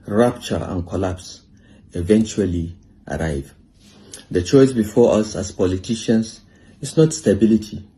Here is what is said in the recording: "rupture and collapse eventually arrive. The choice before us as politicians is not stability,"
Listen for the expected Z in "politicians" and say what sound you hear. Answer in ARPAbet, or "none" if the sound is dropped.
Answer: S